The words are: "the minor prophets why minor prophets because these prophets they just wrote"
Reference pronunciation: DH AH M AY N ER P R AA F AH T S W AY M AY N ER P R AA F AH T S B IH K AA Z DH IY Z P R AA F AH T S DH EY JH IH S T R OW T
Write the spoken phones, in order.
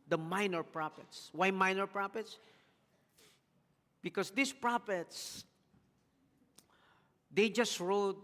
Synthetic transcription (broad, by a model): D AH M AY N ER P R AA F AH T S W AY M AY N ER P R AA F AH T S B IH K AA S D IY S P R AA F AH T S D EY JH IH S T R OW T